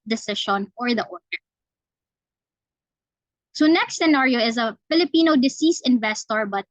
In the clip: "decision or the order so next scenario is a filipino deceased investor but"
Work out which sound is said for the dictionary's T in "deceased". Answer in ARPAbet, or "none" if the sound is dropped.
none